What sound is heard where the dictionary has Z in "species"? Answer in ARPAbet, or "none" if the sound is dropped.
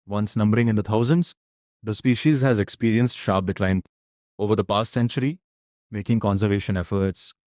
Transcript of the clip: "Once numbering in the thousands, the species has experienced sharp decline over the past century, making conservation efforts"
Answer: Z